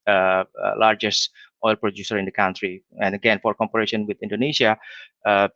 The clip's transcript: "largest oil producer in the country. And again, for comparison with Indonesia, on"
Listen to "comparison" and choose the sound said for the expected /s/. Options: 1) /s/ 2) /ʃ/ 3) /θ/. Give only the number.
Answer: 2